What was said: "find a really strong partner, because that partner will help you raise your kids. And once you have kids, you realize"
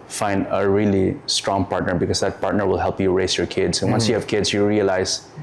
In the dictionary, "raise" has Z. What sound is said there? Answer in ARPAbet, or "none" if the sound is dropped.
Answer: S